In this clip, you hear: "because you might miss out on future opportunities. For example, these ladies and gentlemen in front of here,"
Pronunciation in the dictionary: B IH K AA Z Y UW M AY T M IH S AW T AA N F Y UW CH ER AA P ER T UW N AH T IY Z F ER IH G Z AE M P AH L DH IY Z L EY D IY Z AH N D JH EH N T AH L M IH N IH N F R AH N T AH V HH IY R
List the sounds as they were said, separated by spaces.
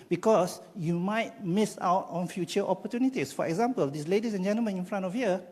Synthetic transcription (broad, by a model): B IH K AA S Y UW M AY T M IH S AW T AA N F Y UW CH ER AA P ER T UW N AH T IY S F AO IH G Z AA M P AH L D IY S L EY D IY S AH N JH EH N T AH L M IH N IH N F R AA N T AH F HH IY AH